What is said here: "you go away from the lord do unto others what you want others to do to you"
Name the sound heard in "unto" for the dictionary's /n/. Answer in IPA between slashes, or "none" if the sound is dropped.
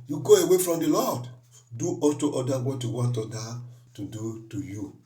none